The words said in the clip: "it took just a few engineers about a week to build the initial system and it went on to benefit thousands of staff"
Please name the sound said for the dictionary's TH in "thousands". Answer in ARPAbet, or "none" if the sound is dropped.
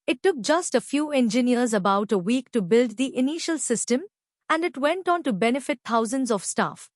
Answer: T